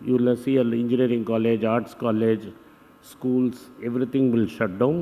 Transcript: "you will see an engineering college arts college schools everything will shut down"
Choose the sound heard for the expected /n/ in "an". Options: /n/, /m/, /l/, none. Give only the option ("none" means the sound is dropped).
/l/